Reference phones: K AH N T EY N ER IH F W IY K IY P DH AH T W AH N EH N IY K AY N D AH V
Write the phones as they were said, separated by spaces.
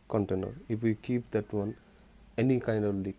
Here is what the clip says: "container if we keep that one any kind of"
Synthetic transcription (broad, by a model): K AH N T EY N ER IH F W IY K IY P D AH T W AH N EH N IY K AY N D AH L